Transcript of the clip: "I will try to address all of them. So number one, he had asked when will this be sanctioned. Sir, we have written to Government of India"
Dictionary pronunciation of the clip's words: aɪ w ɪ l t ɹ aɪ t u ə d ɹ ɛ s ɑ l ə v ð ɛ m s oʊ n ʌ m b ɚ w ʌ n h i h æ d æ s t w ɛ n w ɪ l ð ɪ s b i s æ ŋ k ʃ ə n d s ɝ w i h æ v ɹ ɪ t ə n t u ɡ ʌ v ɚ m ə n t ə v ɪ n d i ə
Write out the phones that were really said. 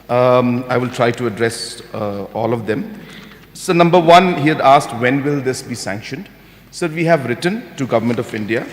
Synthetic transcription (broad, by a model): aɪ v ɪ l t ɹ aɪ t u ə d ɹ ɛ s ɑ l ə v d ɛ m s oʊ n ʌ m b ɚ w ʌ n h i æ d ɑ s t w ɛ n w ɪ l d ɪ s b i s æ ŋ k ʃ ə n d s ɝ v i h æ v ɹ ɪ t ə n t u ɡ ʌ v ɚ m ə n t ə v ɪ n d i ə